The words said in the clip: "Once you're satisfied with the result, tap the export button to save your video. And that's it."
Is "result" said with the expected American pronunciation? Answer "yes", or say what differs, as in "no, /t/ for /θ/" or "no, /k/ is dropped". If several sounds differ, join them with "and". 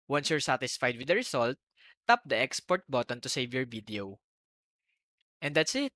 no, /s/ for /z/